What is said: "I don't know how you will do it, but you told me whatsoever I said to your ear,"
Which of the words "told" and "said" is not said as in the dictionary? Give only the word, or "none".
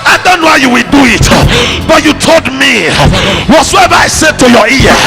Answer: none